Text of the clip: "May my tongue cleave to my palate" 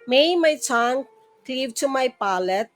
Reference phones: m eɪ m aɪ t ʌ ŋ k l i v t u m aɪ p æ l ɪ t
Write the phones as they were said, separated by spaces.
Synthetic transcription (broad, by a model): m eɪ m aɪ s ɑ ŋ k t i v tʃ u m aɪ p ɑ l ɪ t